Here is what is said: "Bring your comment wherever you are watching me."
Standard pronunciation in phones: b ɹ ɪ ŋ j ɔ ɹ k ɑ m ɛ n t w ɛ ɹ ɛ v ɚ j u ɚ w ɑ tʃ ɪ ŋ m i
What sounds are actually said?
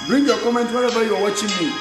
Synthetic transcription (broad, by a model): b ɹ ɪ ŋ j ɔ k ɑ m ɛ n t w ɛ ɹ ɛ b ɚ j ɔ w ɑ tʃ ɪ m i